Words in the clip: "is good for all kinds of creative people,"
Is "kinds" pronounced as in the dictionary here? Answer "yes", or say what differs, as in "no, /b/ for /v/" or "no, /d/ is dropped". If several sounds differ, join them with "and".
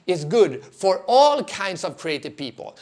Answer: no, /s/ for /z/